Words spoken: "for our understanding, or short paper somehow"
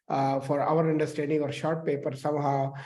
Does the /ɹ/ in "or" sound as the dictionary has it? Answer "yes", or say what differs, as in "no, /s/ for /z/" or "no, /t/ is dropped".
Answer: yes